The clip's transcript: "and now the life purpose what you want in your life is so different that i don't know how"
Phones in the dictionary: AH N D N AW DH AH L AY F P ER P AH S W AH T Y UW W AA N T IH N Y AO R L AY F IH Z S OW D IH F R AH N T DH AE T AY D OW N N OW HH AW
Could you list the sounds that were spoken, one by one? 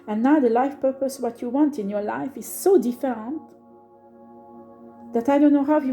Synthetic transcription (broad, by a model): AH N N AW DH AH L AY F P ER P AH S W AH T Y UW W AA N T IH N Y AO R L AY F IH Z S OW D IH F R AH N T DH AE T AY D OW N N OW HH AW